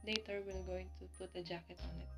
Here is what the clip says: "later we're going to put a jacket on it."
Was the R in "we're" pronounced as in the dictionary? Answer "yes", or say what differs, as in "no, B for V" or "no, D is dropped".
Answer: no, L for R